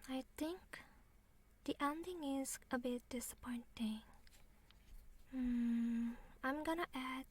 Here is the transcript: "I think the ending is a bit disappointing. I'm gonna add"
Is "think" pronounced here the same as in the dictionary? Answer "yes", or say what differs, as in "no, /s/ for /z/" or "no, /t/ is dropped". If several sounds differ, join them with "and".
no, /t/ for /θ/